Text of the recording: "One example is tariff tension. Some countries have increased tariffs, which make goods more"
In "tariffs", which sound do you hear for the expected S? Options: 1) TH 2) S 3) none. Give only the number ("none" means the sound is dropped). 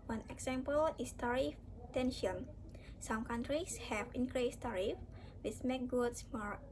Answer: 3